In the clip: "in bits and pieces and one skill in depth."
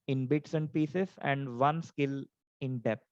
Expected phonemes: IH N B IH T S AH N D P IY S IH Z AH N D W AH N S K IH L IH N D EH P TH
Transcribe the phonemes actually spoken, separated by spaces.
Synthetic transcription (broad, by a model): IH N B IH T S AH N D P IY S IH S AH N D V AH N S K IH L IH N D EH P